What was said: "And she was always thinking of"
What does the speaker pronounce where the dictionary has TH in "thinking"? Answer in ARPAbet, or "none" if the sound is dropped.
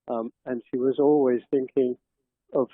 TH